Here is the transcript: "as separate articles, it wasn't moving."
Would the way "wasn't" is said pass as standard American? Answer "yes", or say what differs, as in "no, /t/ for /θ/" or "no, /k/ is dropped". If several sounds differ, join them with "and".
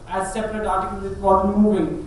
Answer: no, /n/ is dropped